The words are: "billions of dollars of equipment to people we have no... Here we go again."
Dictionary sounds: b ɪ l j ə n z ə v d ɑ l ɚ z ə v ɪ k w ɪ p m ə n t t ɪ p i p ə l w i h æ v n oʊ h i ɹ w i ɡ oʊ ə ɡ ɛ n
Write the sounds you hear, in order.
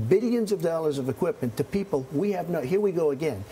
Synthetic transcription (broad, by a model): b ɪ l j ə n z ə v d ɑ l ɚ z ə v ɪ k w ɪ p m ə n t t ɪ p i p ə l w i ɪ v n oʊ h i ɹ w i ɡ oʊ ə ɡ ɛ n